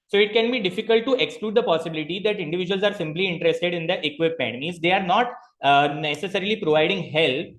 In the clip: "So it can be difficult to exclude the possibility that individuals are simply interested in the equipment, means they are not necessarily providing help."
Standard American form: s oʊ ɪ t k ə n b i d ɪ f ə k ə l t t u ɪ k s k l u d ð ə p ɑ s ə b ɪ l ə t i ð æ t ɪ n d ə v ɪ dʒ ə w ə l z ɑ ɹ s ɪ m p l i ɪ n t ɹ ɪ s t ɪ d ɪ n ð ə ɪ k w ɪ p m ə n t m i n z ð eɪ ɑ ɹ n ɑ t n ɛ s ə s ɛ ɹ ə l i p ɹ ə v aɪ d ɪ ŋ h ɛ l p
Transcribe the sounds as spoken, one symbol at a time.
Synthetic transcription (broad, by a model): s oʊ ɪ t k ə n b i d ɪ f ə k ə l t t u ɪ k s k l u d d ə p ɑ s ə b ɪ l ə t i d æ t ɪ n d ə v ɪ dʒ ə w ə l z ɑ ɹ s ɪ m p l i ɪ n t ɹ ɪ s t ɪ d ɪ n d ə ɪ k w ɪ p ə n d m i z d eɪ ɑ ɹ n ɑ t n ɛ s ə s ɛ ɹ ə l i p ɹ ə v aɪ d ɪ ŋ h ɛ l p